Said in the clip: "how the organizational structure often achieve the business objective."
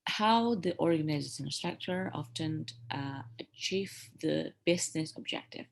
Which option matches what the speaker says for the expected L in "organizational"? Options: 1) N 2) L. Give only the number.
1